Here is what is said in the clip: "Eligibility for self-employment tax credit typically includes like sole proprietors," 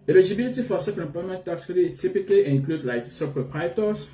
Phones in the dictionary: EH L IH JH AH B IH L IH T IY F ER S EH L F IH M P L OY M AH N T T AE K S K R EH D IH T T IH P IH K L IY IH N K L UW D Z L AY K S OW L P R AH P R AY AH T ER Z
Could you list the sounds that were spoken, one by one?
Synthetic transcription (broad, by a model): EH L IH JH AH B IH L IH T IY F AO S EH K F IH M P OY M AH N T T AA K S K EH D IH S T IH P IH K L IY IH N K L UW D L AY K S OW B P R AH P R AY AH T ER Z